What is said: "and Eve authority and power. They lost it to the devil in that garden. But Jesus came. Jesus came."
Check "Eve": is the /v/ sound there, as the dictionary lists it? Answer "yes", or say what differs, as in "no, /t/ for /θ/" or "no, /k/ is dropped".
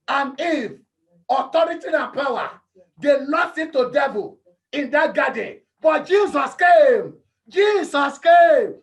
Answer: no, /f/ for /v/